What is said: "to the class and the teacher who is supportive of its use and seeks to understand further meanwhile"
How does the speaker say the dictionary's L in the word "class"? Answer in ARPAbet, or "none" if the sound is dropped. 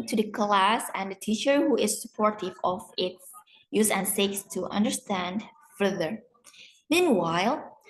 L